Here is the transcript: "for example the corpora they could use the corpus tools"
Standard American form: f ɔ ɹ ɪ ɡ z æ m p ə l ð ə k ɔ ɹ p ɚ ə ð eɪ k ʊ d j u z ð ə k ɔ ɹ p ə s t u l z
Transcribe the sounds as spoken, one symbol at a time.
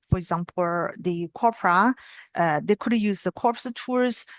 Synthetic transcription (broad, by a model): f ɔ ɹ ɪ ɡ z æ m p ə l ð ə k ɔ ɹ p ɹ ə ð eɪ k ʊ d j u z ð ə k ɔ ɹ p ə t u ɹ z